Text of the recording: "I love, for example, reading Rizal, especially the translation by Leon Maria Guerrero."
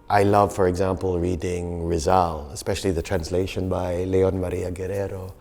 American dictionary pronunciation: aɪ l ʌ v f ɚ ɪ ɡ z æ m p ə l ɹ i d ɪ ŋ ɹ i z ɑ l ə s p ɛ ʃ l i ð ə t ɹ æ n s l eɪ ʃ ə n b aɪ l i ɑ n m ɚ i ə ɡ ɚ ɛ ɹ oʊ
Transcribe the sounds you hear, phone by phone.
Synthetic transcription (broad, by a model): aɪ l ʌ v f ɚ ɪ ɡ z æ m p ə l ɹ i d ɪ ŋ ɹ i z ɑ l ə s p ɛ ʃ l i ð ə t ɹ æ n s l eɪ ʃ ə n b aɪ l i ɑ n m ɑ i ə ɡ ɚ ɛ ɹ oʊ